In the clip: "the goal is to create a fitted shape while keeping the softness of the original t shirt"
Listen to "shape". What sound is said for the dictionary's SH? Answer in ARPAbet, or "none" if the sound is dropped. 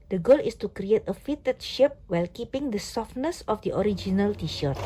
SH